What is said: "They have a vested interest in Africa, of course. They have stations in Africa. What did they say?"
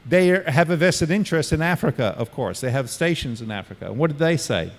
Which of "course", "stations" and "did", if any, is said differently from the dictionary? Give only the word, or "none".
none